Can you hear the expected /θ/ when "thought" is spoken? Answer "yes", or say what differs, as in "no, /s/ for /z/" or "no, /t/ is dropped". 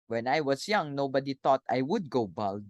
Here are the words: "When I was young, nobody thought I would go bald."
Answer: no, /t/ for /θ/